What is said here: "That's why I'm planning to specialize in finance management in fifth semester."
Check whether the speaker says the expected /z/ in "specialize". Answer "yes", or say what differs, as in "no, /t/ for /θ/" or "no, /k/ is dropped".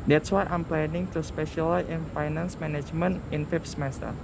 no, /z/ is dropped